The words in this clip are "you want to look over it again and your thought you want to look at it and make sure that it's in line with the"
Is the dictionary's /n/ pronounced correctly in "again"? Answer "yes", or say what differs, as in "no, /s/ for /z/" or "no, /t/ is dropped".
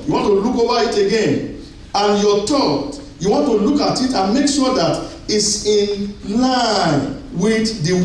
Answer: yes